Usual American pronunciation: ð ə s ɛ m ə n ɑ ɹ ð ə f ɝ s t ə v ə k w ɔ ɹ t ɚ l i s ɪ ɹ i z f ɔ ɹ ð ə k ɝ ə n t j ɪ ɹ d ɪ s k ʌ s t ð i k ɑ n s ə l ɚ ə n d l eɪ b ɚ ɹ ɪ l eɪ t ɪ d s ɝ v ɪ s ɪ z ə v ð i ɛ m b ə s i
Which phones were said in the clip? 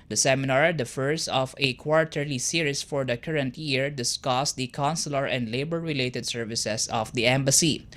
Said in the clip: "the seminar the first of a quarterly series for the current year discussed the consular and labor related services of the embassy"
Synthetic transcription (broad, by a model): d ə s ɛ m ə n ɑ ɹ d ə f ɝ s ə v ə k w ɔ ɹ t ɚ l i s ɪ ɹ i s f ɔ ɹ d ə k ɝ ə n t j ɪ ɹ d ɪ s k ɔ s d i k ɑ n s ə l ɚ ə n d l eɪ b ɚ ɹ ɪ l eɪ t ɪ d s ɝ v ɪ s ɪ s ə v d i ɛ m b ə s i